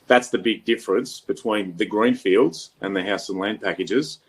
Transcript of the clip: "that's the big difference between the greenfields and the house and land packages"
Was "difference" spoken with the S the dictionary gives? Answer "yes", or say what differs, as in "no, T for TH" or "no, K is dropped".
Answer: yes